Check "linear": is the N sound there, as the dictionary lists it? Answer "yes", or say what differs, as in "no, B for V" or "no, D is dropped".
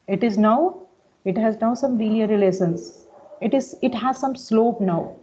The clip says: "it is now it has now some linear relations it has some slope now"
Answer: no, L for N